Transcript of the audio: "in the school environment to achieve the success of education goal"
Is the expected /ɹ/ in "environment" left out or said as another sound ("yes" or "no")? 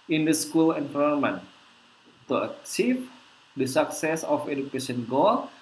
yes